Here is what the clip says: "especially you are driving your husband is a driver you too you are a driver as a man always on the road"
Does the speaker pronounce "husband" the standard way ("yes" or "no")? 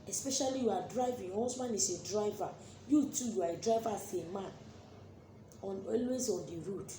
no